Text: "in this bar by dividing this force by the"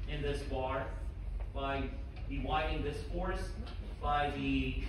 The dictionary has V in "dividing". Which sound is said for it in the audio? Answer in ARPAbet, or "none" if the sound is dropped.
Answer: W